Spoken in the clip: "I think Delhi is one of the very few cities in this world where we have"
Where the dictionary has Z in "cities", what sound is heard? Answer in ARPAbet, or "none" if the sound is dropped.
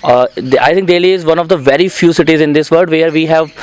Z